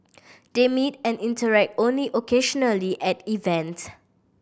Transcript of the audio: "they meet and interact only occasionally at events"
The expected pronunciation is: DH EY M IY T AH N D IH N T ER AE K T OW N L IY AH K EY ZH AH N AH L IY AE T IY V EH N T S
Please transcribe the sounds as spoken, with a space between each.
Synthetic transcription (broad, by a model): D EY M IY T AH N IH N T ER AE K T OW N L IY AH K EY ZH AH N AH L IY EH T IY V EH N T